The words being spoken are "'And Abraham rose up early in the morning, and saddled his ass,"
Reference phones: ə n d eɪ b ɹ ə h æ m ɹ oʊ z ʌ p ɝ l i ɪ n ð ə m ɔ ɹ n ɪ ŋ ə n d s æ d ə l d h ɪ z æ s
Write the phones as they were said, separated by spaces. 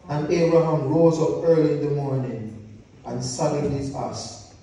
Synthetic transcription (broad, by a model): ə n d eɪ b ɹ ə h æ m ɹ oʊ z ʌ p ɝ l i ɪ n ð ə m ɔ ɹ n ɪ ŋ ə n s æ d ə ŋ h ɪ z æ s